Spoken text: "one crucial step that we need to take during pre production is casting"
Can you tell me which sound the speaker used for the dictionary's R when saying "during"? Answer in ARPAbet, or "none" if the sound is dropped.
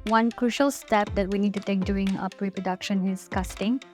none